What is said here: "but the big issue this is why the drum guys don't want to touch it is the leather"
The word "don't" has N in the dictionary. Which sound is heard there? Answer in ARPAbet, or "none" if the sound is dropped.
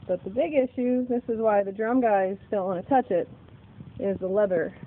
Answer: L